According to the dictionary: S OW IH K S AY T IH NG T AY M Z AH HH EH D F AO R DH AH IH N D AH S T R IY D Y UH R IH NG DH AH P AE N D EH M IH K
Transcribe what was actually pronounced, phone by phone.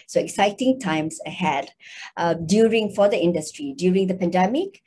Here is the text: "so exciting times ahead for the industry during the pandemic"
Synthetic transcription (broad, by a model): S OW IH K S AY T IH NG T AY M S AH HH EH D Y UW R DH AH IH N D AH S T R IY D Y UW R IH NG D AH P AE N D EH M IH K